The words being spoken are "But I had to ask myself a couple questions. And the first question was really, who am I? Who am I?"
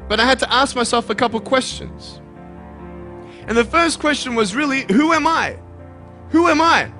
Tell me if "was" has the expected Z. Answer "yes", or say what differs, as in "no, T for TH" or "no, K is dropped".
yes